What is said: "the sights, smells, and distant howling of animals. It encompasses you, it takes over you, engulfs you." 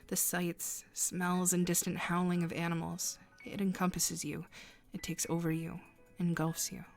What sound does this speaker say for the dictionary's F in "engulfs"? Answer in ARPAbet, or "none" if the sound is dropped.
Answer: F